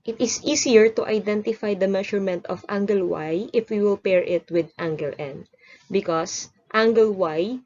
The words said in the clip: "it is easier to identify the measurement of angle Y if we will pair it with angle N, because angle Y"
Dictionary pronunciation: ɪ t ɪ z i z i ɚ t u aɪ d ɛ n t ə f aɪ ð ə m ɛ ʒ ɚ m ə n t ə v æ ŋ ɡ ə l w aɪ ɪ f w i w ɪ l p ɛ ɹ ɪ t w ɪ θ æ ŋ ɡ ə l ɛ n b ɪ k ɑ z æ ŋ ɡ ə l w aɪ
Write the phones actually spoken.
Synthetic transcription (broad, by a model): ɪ t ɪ s i s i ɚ t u aɪ d ɛ n t ə f aɪ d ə m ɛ ʃ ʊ m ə n t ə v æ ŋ ɡ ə l w aɪ ɪ f w i w ɪ l p ɛ ɹ ɪ t w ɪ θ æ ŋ ɡ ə l ɛ n b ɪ k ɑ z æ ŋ ɡ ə l w aɪ